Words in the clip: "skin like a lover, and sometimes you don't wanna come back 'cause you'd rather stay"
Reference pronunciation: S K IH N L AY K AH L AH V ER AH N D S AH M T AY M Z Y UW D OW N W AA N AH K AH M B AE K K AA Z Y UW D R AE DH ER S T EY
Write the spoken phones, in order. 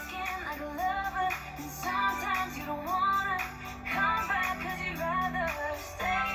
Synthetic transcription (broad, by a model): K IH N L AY AH L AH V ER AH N S AH M T AY M Z Y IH D OW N W AA N AH K AH M B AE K K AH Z Y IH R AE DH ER S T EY